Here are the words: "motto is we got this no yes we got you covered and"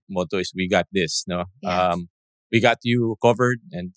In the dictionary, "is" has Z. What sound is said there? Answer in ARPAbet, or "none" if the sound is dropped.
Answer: S